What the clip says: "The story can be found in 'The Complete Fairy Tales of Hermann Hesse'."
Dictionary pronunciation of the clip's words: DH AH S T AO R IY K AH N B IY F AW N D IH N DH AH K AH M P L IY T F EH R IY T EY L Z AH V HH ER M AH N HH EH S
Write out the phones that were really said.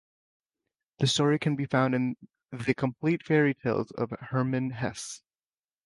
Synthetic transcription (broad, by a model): DH AH S T AO R IY K AH N B IY F AW N D IH N DH AH K AH M P L IY T F EH R IY T EY L Z AH V HH ER M AH N HH EH S